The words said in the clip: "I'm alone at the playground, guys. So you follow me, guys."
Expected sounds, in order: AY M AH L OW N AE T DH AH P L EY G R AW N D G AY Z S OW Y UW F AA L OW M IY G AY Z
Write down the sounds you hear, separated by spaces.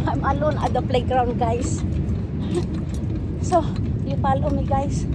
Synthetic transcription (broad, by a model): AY M AH L OW N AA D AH P L EY G R AW N D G AY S S OW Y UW P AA L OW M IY G AY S